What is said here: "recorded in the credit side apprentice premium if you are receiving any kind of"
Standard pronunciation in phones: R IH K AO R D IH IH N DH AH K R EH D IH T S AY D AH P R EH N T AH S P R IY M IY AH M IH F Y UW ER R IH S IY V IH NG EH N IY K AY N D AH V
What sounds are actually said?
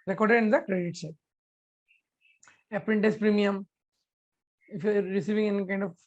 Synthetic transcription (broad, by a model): R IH K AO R D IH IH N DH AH K R EH D IH T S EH AH P R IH N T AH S P R IY M IY AH M IH F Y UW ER R IH S IY V IH NG EH N IY K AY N D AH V